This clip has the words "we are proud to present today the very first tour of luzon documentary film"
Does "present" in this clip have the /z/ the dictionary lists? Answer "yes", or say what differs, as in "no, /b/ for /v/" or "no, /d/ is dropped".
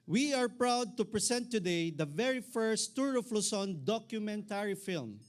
no, /s/ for /z/